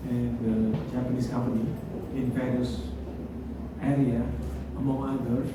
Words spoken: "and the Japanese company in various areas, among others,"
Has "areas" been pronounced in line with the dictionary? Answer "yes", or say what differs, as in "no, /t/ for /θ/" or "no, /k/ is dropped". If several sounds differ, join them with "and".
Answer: no, /z/ is dropped